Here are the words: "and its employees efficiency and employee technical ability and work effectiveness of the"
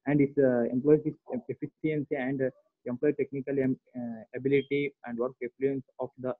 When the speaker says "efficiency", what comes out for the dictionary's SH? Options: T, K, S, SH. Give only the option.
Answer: S